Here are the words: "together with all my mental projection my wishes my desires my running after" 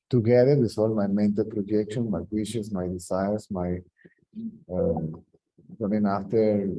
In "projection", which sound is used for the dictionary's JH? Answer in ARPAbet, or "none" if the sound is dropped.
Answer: JH